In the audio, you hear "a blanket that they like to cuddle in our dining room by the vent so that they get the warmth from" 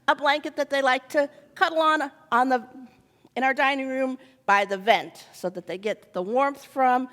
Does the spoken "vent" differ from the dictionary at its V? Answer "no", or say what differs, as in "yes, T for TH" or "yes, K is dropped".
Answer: no